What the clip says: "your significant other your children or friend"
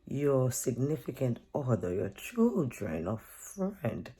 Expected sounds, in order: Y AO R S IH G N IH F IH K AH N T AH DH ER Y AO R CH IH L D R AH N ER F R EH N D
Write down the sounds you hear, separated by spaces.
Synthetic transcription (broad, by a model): Y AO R S IH G N IH F IH K AH N T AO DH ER Y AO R CH IH L D R AH N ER F R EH N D